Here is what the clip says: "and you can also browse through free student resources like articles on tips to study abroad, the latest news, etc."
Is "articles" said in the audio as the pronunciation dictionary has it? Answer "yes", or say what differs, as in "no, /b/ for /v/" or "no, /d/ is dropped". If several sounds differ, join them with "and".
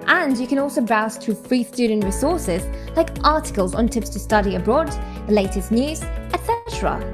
yes